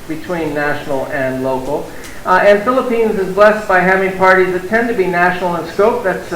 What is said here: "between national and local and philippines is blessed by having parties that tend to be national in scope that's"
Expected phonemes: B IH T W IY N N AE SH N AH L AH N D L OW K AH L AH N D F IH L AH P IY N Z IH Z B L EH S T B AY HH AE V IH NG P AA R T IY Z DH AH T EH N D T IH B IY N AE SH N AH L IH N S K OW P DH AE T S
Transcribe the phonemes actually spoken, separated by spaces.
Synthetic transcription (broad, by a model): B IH T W IY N N AE SH N L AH N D L OW K L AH N F IH L AH P IY N Z IH Z B L EH S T B AY HH AE V IH NG P AA R T IY Z DH AH T EH N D T IH B IY N AE SH N L IH N S K OW P DH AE T S